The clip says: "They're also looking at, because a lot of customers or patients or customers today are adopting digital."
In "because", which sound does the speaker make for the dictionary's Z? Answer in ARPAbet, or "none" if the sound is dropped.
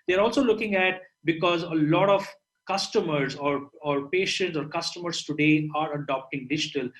Z